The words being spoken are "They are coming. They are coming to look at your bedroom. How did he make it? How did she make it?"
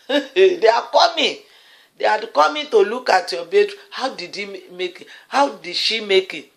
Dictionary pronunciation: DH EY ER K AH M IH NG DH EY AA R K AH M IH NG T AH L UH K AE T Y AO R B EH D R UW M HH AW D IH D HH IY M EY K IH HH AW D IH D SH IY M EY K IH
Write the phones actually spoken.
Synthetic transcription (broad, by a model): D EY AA K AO M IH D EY AA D K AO M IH T AH L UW K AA T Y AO B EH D UW HH AW D IH D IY M EY K IH HH AW D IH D SH IY M EY K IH